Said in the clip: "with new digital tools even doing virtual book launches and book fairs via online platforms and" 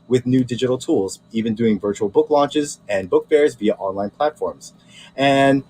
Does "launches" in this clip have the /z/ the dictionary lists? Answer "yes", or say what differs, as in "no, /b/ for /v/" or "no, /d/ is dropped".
yes